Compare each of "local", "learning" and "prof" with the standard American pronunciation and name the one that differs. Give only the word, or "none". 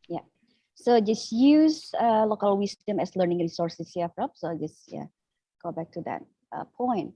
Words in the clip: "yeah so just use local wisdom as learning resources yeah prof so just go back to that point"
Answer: prof